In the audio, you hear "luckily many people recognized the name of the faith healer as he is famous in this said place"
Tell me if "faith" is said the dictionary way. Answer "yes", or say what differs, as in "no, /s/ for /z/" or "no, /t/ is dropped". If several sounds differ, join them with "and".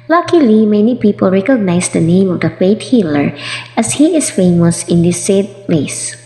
no, /t/ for /θ/